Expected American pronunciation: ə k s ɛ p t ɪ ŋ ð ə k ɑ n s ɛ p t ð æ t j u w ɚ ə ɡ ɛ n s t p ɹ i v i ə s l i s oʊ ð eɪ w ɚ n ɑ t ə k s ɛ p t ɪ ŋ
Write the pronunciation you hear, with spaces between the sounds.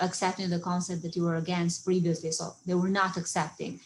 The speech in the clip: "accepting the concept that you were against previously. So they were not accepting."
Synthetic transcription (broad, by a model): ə k s ɛ p t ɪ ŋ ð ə k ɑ n s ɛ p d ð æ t j u w ɚ ə ɡ ɛ n s t p ɹ i v i ə s l i s oʊ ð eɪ w ɚ n ɑ t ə k s ɛ p t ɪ ŋ